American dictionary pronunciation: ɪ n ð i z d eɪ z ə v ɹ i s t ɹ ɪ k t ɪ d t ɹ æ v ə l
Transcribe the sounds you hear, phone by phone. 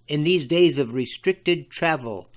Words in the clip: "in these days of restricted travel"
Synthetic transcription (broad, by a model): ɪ n ð i z d eɪ z ə v ɹ i s t ɹ ɪ k t ɪ d t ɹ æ v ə l